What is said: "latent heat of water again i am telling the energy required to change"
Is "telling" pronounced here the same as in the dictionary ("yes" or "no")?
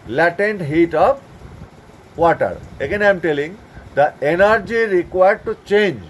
yes